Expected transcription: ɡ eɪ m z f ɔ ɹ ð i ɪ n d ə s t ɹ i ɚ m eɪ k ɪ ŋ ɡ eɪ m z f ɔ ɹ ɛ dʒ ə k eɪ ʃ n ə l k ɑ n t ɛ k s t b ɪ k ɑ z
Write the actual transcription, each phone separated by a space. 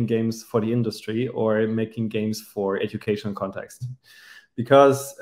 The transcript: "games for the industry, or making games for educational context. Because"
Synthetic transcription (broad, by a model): ɡ eɪ m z f ɔ ɹ ð i ɪ n d ə s t ɹ i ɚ m eɪ k ɪ ŋ ɡ eɪ m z f ɔ ɹ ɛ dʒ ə k eɪ ʃ ə n k ɑ n t ɛ k s t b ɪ k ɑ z